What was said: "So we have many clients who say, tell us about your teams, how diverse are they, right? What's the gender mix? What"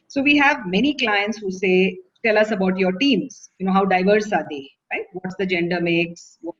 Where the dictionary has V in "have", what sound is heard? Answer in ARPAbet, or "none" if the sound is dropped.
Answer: V